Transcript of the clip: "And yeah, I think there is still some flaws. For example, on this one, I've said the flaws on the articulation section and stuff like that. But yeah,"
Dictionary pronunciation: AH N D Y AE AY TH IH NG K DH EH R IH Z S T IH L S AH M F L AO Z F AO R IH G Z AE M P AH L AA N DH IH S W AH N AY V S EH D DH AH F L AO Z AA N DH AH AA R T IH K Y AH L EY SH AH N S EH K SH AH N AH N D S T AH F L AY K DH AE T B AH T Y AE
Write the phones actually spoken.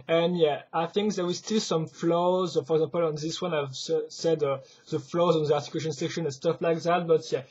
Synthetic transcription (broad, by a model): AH N Y AE AY TH IH NG K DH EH W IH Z S T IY L S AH M F L AO Z F AO R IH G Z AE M P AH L AA N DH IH S W AH N AY V S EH D DH AH F L AO Z AA N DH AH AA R T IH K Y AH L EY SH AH N S EH K SH AH N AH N S T AH F L AY K DH AE T B AH T Y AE